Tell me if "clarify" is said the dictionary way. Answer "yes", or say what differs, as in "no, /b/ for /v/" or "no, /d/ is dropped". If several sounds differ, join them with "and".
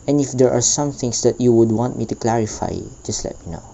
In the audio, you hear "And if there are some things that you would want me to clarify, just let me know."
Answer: yes